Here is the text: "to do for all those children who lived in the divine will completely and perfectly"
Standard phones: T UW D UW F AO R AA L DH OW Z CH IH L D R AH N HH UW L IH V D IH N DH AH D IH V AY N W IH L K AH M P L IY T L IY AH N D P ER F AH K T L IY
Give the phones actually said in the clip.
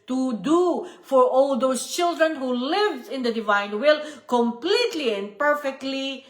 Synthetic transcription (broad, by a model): T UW D UW F AO R AA L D OW S CH IH L D R AH N HH UW L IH V IH N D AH D IH V AY N W IH L K AH M P L IY T L IY AH N D P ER F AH K T L IY